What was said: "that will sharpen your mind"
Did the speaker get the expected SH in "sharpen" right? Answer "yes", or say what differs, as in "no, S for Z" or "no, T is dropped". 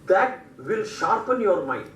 yes